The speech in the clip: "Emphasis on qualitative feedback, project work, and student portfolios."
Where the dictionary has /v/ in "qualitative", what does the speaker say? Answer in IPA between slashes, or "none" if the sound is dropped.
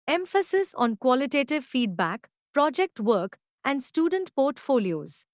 /v/